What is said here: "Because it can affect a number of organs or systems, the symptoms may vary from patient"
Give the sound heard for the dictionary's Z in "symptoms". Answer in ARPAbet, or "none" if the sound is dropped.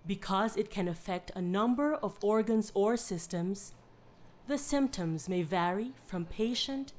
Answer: Z